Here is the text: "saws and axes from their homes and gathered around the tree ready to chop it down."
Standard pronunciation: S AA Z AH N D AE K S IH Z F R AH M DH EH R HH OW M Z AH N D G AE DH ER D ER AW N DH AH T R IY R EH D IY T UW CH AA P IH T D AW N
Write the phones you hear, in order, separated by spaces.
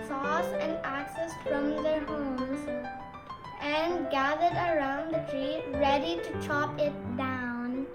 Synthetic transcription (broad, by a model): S AA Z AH N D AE K S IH S F R AH M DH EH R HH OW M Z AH N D G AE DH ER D ER AW N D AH T R IY R EH D IY T UW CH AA P IH T D AW N